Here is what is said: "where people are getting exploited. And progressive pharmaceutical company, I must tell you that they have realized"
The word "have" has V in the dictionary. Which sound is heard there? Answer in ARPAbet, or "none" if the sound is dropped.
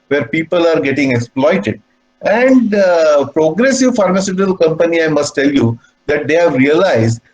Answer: V